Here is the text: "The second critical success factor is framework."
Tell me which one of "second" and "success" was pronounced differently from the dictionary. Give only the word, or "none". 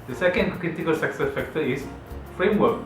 none